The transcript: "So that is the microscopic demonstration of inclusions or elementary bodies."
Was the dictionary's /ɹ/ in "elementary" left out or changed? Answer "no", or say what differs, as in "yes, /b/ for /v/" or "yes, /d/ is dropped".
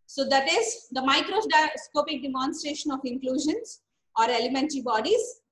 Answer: no